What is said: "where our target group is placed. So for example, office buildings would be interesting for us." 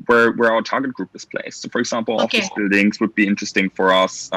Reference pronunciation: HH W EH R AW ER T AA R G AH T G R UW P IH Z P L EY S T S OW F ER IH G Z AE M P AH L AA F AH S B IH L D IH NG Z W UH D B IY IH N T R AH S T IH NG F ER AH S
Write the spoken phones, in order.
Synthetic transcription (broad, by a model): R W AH R AW ER T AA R G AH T G R UW P IH Z P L EY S S OW F ER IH G Z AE M P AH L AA AH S B IH L D IH NG Z W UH D B IY IH N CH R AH S T IH NG F ER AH S